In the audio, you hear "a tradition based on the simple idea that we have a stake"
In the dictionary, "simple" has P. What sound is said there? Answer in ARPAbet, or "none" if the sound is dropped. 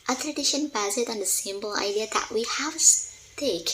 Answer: B